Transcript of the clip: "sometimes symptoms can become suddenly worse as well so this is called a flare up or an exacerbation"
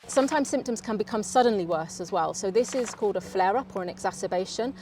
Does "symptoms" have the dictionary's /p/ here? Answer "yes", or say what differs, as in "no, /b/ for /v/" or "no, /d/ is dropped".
yes